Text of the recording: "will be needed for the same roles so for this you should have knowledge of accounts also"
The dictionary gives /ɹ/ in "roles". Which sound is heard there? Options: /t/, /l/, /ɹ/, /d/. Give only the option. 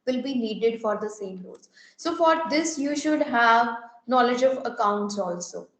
/l/